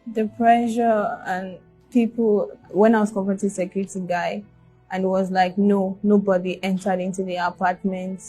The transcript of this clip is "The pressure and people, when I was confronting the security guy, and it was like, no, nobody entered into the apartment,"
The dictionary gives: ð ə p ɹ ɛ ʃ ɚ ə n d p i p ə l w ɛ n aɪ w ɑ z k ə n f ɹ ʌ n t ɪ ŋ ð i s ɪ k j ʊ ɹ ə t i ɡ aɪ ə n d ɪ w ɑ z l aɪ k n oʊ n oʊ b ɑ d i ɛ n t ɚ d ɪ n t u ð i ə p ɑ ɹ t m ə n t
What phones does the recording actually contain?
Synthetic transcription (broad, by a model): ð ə p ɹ ɛ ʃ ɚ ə n p i p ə l w ɛ n aɪ w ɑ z k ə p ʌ t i s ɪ k j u ɹ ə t i ɡ aɪ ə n ɪ w ɑ z l aɪ k n oʊ n oʊ b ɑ d i ɛ n t ɚ d ɪ n t u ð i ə p ɑ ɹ t m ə n t